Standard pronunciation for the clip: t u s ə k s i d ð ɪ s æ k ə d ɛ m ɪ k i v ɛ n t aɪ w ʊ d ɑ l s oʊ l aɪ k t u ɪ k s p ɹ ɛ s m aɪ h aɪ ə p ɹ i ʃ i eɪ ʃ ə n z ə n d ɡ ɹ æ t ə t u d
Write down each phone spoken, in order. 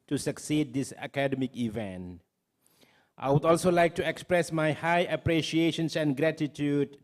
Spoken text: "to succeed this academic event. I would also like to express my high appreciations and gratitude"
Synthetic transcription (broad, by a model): t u s ə k s i d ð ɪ s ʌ k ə d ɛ m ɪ k i v ɛ n t aɪ w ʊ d ɑ l s oʊ l aɪ k t u ɪ k s p ɹ ɛ s m aɪ h aɪ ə p ɹ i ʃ i eɪ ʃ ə n s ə n ɡ ɹ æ t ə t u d